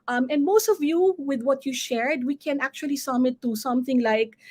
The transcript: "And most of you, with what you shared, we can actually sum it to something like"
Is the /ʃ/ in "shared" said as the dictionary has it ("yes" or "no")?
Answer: yes